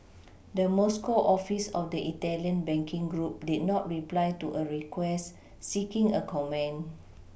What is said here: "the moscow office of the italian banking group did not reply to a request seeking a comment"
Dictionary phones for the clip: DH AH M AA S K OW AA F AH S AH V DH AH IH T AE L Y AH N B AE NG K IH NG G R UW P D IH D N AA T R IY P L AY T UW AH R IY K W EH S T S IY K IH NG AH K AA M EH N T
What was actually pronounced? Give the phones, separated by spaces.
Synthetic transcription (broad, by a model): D AH M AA S K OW AA F AH S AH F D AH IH T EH L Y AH N B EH NG K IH NG G R UW P D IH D N AA T R IY P L AY T UW AH R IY K W EH S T S IY K IH NG AH K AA M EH N